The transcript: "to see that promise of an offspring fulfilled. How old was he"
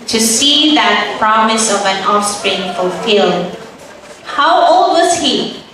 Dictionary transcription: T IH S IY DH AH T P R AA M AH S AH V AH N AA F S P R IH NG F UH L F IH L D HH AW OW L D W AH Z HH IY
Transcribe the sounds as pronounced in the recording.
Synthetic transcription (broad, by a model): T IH S IY DH AH T P R AA M AH S AH V AH N AA F S P R IH NG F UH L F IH L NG HH AW OW L D W AH Z HH IY